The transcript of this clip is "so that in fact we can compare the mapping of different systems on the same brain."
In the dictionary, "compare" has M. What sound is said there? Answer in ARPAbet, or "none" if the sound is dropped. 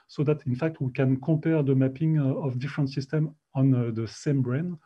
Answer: none